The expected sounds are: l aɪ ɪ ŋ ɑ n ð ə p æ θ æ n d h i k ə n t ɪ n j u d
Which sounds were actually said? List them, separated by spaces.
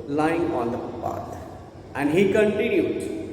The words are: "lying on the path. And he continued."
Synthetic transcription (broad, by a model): l aɪ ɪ ŋ ɑ n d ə p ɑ t æ n d h i k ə n t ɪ n j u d